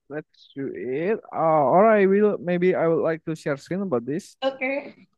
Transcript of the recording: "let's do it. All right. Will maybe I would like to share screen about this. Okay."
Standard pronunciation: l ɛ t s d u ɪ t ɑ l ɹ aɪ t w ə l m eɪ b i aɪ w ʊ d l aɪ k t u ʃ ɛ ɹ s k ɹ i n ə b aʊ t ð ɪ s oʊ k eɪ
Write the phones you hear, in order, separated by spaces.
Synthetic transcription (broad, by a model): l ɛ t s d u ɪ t ɑ l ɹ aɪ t w ə l m eɪ b i aɪ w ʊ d l aɪ k t u ʃ ɛ ɹ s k i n ə b aʊ t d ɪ s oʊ k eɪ